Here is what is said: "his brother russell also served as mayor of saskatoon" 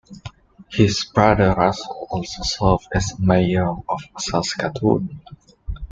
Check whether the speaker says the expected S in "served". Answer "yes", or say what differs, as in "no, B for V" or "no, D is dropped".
yes